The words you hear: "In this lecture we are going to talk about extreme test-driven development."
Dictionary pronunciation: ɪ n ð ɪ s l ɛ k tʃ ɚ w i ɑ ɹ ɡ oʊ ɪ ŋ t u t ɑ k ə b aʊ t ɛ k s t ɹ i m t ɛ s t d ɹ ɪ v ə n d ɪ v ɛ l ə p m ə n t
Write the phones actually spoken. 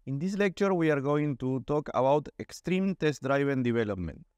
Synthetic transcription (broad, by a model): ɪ n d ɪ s l ɛ k tʃ ɚ w i ɑ ɹ ɡ oʊ ɪ ŋ t u t ɑ k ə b aʊ t ɛ k s t ɹ i m t ɛ s t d ɹ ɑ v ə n d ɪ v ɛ l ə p m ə n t